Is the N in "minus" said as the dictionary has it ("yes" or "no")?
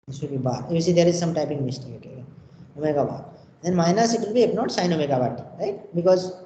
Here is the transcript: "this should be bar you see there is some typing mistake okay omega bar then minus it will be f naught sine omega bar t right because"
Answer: yes